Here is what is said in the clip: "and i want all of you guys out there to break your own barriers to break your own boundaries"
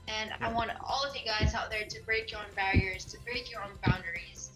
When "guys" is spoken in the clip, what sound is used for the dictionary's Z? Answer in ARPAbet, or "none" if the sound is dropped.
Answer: Z